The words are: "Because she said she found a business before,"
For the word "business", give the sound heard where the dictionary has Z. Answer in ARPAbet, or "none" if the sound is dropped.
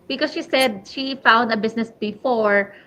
S